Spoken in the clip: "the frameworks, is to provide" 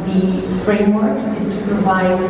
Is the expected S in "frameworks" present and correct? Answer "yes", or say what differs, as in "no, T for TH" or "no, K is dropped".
no, S is dropped